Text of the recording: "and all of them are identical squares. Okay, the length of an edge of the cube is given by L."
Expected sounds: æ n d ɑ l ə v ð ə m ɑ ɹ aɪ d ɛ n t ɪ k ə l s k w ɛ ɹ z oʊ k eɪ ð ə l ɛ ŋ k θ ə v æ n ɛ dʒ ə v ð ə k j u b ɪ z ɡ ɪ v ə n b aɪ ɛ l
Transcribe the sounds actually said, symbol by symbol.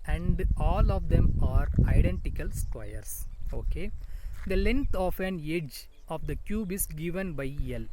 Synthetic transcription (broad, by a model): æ n d ɑ l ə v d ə m ɑ ɹ aɪ d ɛ n t ɪ k ə l s k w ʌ ɹ s oʊ k eɪ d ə l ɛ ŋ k t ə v æ n ɛ dʒ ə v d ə k j u b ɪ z ɡ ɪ v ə n b aɪ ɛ l